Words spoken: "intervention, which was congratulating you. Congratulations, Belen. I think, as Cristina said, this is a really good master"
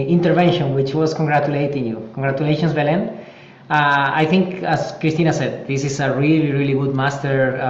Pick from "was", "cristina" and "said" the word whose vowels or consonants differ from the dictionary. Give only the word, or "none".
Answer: was